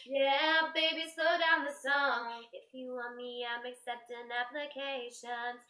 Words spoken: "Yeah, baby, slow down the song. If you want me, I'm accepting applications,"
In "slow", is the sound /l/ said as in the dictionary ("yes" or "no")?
no